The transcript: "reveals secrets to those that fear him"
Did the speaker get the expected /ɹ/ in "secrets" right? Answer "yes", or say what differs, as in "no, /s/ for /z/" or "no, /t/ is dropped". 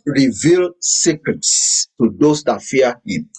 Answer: yes